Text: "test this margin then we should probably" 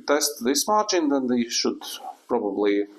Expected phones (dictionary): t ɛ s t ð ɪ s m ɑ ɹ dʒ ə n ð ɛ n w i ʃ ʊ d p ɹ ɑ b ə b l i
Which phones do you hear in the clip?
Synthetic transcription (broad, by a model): t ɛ s t ð ɪ s m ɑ ɹ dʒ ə n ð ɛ n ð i ʃ ʊ d p ɹ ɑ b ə b l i